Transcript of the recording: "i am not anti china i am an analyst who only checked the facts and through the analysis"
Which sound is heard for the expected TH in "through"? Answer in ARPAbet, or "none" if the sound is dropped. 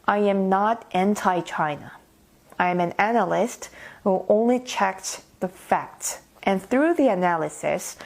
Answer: TH